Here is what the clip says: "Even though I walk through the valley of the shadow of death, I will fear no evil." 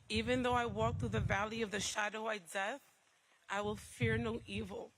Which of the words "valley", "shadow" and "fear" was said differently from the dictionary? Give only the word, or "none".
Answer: none